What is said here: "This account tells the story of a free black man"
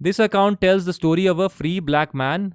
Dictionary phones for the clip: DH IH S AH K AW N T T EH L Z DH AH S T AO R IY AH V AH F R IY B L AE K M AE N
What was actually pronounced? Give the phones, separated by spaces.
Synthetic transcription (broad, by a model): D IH S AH K AW N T T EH L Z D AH S T AO R IY AH V AH F R IY B L AE K M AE N